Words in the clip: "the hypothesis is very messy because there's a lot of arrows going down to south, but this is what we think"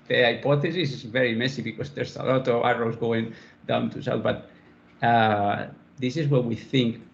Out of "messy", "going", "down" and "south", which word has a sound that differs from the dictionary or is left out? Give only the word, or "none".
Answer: south